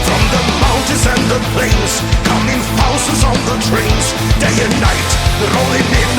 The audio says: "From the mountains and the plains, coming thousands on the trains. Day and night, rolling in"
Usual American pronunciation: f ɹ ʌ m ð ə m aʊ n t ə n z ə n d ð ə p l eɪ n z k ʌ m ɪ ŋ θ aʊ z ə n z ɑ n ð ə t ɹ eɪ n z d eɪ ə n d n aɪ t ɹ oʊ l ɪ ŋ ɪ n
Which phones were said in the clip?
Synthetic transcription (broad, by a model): f ɹ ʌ m ð ə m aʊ n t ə z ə n ð ə p l eɪ n z k ʌ m ɪ ŋ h aʊ s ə z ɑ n ð ə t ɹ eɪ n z d eɪ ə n n aɪ t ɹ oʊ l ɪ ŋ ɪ